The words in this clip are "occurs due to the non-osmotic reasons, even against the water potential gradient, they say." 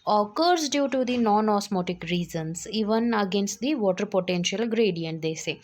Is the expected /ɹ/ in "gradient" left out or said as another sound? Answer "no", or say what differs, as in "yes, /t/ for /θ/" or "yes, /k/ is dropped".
no